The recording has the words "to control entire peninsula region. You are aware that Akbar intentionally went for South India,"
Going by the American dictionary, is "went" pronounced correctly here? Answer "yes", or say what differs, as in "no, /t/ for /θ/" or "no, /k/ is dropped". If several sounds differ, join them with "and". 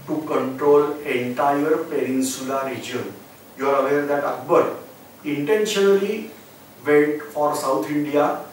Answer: no, /n/ is dropped